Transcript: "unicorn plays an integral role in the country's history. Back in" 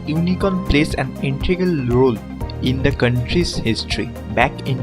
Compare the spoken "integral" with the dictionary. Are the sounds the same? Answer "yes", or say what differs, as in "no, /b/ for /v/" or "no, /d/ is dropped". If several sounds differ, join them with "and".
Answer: no, /ɹ/ is dropped